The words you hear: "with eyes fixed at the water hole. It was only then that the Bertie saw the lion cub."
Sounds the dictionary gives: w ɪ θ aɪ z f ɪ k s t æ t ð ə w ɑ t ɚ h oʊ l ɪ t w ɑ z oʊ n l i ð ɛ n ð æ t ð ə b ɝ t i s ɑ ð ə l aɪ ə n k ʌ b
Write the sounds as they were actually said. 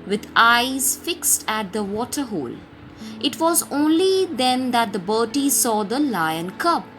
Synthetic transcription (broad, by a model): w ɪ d aɪ z f ɪ k s t æ t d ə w ɑ t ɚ h oʊ l ɪ t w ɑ z oʊ n l i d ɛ n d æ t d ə b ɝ t i s ɑ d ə l aɪ ə n k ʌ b